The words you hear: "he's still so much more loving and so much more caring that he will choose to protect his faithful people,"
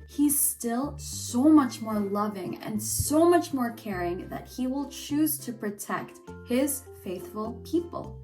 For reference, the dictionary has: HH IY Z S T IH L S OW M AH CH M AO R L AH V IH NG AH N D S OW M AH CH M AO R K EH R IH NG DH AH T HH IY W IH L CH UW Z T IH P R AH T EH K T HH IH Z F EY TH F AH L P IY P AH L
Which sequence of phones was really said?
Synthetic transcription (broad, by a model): HH IY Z S T IH L S OW M AH CH M AO R L AH V IH NG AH N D S OW M AH CH M AO R K EH R IH NG DH AH T HH IY W IH L CH UW Z T IH P R AH T EH K T HH IH Z F EY TH F AH L P IY P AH L